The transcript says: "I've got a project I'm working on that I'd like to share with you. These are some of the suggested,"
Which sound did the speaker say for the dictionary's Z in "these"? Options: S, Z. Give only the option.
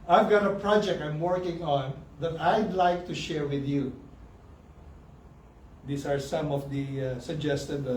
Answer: S